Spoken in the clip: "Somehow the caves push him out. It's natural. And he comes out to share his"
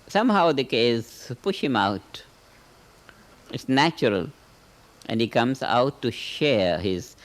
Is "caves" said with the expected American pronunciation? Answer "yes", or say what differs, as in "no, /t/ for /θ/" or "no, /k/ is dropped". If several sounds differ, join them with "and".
no, /v/ is dropped